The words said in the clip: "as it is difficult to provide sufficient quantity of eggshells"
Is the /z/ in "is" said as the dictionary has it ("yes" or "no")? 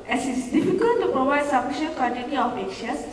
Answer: no